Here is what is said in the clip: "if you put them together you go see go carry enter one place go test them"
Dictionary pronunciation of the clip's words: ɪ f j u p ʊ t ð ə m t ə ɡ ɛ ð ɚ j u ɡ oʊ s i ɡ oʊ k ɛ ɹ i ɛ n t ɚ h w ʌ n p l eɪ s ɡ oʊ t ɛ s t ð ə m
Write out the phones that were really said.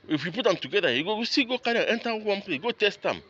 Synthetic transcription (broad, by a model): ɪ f j u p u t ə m t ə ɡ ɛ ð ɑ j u ɡ oʊ s i ɡ oʊ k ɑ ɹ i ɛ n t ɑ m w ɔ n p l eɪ ɡ oʊ t ɛ s t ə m